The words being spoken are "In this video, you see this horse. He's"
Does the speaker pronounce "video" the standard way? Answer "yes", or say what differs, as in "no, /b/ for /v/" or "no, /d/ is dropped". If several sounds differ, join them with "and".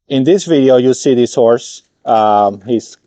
yes